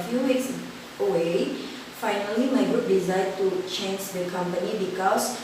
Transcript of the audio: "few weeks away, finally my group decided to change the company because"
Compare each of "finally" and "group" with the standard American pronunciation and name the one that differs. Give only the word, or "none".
group